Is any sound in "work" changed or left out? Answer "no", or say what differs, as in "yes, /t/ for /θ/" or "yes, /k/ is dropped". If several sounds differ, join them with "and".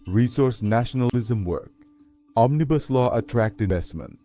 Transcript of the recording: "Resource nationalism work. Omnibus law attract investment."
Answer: no